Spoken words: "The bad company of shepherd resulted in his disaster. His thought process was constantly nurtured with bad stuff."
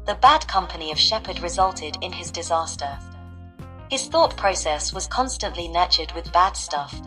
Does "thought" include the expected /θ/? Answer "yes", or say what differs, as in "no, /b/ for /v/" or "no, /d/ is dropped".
yes